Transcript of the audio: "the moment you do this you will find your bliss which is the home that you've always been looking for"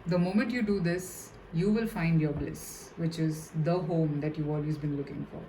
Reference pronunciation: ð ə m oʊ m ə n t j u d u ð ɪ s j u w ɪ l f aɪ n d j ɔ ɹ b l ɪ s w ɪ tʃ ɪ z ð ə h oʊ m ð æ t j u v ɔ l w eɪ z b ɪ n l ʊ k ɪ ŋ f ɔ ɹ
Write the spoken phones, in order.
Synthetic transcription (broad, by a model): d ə m oʊ m ə n t j u d u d ɪ s j u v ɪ l f aɪ n d j ɔ ɹ b l ɪ s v ɪ tʃ ɪ z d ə h oʊ m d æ t j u ɔ l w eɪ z b ɪ n l ʊ k ɪ ŋ f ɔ ɹ